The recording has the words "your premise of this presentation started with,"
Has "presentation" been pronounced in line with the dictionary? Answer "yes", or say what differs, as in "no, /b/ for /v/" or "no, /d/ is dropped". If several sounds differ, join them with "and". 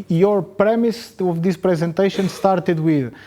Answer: yes